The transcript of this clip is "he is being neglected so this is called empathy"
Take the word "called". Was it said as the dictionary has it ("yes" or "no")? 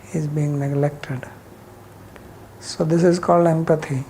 yes